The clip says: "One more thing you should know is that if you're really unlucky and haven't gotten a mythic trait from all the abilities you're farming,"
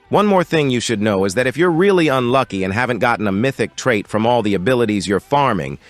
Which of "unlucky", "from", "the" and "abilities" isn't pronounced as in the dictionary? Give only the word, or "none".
none